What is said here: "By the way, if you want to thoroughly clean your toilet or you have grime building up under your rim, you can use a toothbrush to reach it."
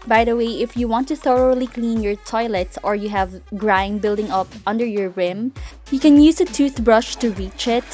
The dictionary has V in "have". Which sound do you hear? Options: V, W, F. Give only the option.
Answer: V